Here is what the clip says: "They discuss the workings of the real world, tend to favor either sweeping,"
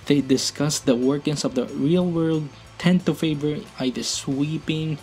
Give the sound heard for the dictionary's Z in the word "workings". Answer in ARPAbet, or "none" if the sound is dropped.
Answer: S